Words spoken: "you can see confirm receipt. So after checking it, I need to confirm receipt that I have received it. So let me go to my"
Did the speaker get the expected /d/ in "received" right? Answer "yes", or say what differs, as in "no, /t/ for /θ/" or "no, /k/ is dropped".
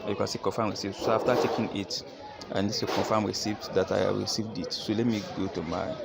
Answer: yes